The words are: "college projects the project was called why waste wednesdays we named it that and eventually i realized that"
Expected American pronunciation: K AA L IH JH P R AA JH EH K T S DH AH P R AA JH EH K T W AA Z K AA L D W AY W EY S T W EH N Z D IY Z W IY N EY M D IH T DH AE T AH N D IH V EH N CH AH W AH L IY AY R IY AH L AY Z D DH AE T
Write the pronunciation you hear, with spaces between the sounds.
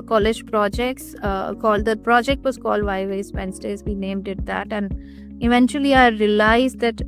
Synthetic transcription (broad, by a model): K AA L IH JH P R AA JH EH K T S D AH P R AA JH EH K T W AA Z K AA L D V AY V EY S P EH N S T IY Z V IY N EY M D IH T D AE T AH N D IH V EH N CH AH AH L IY AY R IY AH L AY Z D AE T